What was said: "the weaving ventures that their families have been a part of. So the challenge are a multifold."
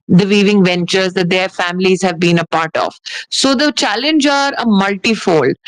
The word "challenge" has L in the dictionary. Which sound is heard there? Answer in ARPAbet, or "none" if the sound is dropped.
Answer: L